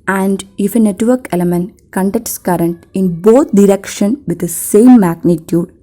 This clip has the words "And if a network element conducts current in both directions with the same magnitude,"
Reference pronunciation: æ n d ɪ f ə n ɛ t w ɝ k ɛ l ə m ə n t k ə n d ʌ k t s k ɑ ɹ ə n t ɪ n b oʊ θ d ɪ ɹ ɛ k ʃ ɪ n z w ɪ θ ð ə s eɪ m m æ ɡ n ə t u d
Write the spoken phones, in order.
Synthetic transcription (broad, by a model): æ n d ɪ f ə n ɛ t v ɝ k ɛ l ə m ə n t k ə n d ʌ k t s k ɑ ɹ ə n t ɪ n b oʊ t d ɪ ɹ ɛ k ʃ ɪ n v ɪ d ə s eɪ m m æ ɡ n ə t u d